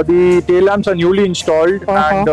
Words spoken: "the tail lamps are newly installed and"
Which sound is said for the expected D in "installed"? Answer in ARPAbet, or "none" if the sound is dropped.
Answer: D